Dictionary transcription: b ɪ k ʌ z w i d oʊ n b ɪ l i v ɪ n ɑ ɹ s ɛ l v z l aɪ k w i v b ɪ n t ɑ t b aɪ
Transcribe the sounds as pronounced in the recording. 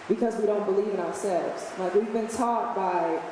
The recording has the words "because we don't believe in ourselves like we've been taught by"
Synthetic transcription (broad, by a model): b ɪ k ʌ z w i d oʊ n b ɪ l i v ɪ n ɑ ɹ s ɛ l v z l aɪ k w i v b ɪ n t ɑ t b aɪ